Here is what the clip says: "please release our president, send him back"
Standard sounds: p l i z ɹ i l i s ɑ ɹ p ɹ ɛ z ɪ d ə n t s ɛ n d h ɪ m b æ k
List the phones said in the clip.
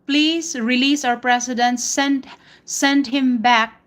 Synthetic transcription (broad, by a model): p l i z ɹ i l i s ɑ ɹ p ɹ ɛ s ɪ d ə n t s ɛ n d h ɪ m b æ k